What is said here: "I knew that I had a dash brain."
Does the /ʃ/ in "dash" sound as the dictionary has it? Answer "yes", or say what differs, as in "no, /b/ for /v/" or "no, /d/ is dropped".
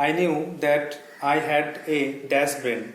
no, /s/ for /ʃ/